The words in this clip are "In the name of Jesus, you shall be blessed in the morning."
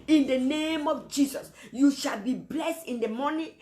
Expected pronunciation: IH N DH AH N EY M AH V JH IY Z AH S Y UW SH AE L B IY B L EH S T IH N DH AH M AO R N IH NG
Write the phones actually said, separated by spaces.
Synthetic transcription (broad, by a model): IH N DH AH N EY M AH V JH IY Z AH S Y UW SH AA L B IY B L EH S T IH N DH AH M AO N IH